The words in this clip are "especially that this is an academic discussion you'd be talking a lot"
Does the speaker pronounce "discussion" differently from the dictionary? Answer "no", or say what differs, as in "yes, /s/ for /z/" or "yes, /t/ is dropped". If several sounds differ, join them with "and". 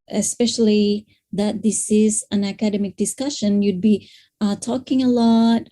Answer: no